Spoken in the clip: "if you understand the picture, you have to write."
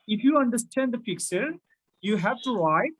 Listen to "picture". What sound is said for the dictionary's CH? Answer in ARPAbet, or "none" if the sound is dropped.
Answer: S